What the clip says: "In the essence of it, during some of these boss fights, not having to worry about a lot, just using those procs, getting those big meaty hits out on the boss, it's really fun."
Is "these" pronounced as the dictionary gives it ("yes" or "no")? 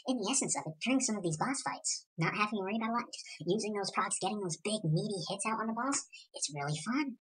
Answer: yes